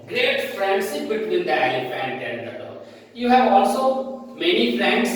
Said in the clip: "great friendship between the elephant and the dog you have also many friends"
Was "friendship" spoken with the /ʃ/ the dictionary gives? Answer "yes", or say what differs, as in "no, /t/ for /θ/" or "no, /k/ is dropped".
no, /s/ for /ʃ/